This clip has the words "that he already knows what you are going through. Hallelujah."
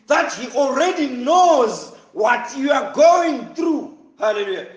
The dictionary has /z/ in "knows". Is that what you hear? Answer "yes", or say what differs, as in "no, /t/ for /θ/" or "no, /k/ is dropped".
yes